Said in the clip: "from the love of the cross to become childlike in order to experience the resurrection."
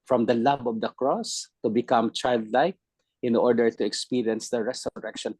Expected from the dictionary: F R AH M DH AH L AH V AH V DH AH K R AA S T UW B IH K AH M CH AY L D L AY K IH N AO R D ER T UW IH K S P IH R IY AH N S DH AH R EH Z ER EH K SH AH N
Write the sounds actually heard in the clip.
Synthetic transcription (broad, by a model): F R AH M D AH L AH B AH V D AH K R AA S T UW B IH K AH M CH AY L D L AY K IH N AO R D ER T UW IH K S P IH R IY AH N S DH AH R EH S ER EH K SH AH N